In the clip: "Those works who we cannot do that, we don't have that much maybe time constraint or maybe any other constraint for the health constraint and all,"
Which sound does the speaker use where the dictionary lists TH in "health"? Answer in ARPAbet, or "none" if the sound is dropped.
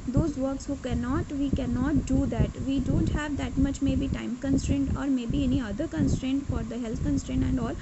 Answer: T